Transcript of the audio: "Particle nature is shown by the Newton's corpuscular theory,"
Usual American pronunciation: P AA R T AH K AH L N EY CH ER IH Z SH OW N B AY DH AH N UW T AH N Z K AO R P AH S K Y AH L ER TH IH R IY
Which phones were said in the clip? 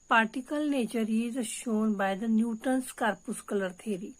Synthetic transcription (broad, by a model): P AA R T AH K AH L N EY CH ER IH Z SH OW N B AY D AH N UW T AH N S K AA R P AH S K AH L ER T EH R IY